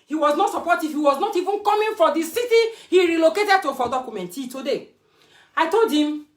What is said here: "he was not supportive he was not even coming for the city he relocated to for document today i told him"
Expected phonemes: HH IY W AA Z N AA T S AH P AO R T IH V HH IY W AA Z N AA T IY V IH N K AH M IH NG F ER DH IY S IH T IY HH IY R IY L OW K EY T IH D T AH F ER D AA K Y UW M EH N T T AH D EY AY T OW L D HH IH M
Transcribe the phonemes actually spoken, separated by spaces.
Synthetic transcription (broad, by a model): HH IY W AA Z N AA T S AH P AO T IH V HH IY W AA Z N AA T IY V IH N K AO M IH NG F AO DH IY S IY T IY HH IY R IY L OW K EY T IH D T AH F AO D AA K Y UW M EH N T T AH D EY AY T OW L D HH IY M